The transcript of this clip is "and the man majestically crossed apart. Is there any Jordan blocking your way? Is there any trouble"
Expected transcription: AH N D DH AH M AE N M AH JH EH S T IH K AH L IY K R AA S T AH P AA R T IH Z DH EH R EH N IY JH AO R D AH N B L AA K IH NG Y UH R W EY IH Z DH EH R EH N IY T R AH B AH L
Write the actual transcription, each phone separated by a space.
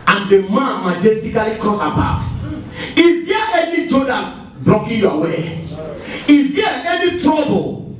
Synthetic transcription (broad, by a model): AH N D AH M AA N M AH JH EH S T IH K AH L IY K R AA S AH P AA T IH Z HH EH EH N IY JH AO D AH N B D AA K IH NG Y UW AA W EY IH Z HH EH EH N IY T R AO B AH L